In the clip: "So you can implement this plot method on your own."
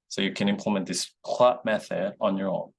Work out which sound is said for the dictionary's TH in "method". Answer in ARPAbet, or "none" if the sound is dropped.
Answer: TH